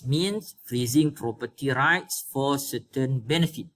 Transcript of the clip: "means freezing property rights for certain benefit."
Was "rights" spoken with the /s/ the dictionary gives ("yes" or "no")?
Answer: yes